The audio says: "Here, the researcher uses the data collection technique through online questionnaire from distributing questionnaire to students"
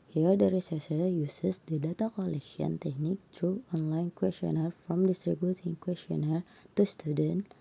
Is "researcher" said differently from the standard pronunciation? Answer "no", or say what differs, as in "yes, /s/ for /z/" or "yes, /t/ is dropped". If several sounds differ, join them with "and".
yes, /s/ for /tʃ/